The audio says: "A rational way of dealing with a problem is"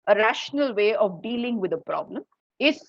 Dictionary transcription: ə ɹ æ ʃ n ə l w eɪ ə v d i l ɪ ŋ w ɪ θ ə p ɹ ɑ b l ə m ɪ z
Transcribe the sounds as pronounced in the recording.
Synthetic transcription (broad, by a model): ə ɹ æ ʃ n ə l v eɪ ə v d i l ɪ ŋ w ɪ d ə p ɹ ɑ b l ə m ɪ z